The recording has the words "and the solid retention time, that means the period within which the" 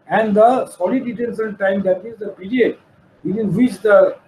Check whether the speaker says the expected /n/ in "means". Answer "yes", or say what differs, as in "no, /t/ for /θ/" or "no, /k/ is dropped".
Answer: no, /n/ is dropped